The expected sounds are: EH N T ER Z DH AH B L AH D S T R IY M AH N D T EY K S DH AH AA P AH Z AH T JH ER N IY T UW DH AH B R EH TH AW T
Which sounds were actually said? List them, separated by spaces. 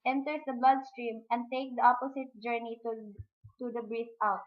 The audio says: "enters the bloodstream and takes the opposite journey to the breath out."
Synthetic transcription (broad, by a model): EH N T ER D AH B L AH D S T R IY M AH N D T EY K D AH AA P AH S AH T JH ER N IY T UW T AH B R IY F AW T